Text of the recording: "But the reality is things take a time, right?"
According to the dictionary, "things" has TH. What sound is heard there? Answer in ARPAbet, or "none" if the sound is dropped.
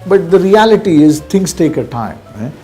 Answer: T